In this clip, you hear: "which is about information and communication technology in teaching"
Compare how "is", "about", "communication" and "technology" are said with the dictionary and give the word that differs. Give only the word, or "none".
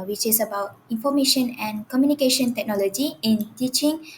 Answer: is